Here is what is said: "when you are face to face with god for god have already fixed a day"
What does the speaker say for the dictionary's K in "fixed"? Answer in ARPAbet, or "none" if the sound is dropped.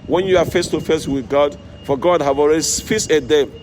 none